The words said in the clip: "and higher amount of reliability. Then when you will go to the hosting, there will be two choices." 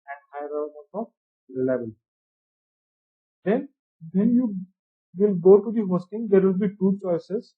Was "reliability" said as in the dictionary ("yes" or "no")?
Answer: no